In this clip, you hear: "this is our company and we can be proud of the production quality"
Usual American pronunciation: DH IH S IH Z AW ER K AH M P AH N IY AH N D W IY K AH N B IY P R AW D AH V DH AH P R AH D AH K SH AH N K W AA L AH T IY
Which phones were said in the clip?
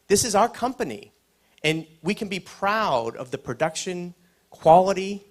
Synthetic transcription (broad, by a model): DH IH S IH Z AW ER K AH M P AH N IY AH N W IY K N B IY P R AW D AH V DH AH P R AH D AH K SH AH N K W AA L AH T IY